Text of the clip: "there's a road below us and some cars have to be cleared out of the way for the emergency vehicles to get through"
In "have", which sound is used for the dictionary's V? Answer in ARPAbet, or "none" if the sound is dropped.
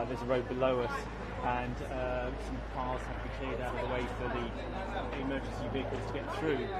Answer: F